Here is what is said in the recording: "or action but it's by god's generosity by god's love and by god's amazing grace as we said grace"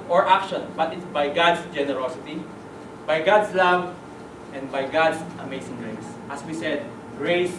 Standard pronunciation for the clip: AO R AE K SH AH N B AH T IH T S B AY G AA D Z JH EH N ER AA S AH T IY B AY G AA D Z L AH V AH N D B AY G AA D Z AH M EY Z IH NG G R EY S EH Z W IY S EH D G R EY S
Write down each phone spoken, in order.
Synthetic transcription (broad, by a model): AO R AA K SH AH N B AH T IH T S B AY G AA D S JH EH N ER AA S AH T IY B AY G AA D S L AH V AH N D B AY G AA D S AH M EY S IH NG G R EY S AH S W IY S EH D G R EY S